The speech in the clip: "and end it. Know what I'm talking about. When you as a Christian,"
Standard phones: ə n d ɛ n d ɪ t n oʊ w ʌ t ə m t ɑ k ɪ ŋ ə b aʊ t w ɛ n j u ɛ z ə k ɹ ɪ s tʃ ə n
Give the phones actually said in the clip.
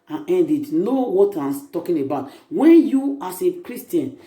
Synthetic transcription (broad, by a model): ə n ɛ n d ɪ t n oʊ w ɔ t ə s t ɑ k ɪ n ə b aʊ t w ɛ n j u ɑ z ə k ɹ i s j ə n